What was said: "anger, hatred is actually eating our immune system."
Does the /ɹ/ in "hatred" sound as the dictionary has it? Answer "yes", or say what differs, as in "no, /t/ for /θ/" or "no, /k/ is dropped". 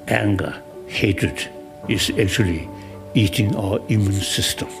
no, /ɹ/ is dropped